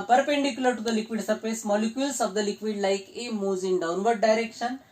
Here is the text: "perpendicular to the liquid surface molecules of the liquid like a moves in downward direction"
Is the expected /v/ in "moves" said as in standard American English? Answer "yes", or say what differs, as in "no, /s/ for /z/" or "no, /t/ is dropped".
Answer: no, /v/ is dropped